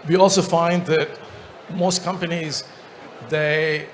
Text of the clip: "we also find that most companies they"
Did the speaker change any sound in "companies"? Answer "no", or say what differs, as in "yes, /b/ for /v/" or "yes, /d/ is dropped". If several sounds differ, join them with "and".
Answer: no